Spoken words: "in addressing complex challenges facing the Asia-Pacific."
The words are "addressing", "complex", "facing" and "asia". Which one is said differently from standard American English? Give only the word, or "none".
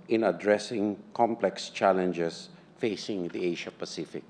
asia